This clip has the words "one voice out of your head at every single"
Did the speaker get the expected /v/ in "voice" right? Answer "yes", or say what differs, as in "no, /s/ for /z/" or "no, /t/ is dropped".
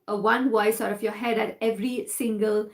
no, /w/ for /v/